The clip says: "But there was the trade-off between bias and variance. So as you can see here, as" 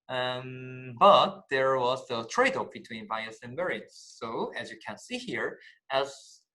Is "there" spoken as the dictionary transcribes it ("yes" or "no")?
yes